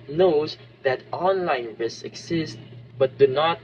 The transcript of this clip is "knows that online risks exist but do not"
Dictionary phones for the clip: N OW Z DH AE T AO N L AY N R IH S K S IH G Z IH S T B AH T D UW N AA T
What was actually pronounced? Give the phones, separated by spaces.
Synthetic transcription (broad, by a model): N OW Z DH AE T AO N L AY N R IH S S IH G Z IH S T B AH T D UW N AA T